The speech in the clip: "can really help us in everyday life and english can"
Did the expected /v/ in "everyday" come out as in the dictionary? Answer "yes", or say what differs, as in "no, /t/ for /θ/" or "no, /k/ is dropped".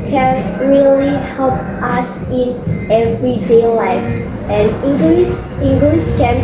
yes